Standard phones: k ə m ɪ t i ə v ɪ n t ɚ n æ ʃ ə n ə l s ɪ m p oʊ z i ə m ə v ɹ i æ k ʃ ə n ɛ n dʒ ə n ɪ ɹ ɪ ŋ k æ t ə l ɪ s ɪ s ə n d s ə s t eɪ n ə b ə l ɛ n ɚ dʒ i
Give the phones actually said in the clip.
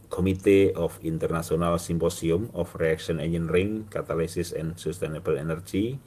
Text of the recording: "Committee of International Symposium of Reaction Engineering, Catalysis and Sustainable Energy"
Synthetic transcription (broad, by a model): k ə m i t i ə f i n t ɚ n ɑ s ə n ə l s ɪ m p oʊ s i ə m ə f ɹ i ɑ k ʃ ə n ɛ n ə n ɹ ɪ ŋ k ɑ t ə l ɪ s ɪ s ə n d s ə s t eɪ n ə b ə l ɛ n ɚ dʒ i